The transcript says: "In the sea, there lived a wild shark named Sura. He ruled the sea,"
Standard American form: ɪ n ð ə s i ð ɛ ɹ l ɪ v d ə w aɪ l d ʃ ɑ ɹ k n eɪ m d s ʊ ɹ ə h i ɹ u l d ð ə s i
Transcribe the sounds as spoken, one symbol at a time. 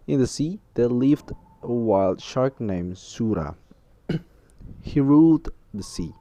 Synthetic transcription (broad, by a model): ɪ n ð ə s i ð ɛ l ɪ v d ə w aɪ l d ʃ ɑ ɹ k n eɪ m s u ɹ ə h i ɹ u l d ð ə s i